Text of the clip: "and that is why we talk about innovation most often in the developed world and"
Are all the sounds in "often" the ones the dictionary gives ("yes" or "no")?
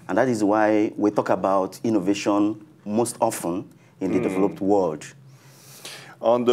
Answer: yes